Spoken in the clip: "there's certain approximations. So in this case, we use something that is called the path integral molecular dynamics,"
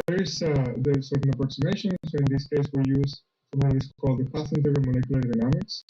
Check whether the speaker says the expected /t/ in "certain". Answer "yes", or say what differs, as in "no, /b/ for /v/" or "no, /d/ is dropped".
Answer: no, /s/ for /t/